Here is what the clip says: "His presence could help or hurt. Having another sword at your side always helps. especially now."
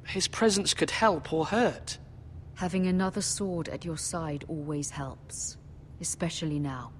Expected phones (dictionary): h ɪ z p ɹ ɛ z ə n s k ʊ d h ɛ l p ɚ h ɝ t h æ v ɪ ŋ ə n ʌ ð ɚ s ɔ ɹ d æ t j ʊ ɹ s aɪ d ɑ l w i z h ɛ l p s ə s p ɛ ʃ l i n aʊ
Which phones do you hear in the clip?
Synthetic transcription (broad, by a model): h ɪ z p ɹ ɛ z ə n s k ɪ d h ɛ l p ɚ h ɝ t h æ v ɪ ŋ ə n ʌ ð ɚ s ɔ ɹ d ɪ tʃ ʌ ɹ s aɪ d ɑ l w i z h ɛ l p s ə s p ɛ ʃ l i n aʊ